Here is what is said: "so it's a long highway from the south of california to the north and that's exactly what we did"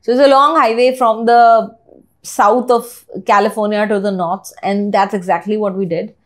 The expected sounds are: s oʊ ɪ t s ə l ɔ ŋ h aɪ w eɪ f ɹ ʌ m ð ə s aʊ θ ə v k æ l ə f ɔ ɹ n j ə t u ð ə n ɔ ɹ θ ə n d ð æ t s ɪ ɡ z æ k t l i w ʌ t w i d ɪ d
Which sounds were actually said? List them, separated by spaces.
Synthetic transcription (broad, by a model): s oʊ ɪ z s ə l ɔ ŋ h aɪ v eɪ f ɹ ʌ m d ə s aʊ t ə v k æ l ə f ɔ ɹ n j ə t u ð ə n ɔ ɹ s ə n d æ t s ɪ ɡ z æ k t l i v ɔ t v i d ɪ d